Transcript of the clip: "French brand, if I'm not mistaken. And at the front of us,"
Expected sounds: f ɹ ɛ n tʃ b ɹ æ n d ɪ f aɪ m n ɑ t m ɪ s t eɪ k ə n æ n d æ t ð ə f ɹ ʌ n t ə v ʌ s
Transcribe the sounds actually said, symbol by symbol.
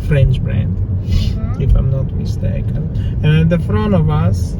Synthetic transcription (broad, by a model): f ɹ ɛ n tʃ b ɹ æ n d ɪ f aɪ m n ɑ t m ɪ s t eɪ k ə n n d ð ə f ɹ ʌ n ə v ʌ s